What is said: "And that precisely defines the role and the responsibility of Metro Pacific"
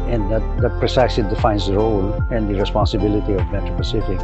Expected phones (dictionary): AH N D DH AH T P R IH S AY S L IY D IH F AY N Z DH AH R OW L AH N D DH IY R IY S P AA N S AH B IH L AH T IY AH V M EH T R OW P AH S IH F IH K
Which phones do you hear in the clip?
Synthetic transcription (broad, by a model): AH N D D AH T P R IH S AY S IY D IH F AY N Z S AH R OW L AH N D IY R IY S P AA N S AH B IH L AH T IY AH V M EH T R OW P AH S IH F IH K